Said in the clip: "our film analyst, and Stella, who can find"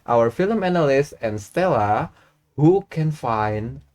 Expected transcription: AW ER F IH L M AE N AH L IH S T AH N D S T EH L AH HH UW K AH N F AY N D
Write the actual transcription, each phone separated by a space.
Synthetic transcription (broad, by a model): AW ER F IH L M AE N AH L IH S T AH N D S T EH L AH HH UW K AH N F AY N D